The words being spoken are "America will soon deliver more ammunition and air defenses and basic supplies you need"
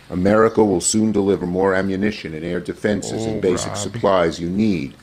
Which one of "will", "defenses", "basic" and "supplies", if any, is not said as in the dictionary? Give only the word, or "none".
none